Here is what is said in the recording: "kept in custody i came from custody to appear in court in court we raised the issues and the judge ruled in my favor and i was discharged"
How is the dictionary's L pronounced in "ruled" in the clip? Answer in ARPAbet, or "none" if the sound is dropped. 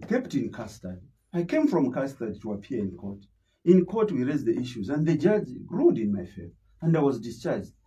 none